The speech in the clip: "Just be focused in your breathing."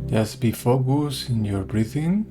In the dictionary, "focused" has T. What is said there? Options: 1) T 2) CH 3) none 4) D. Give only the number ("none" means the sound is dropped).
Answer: 3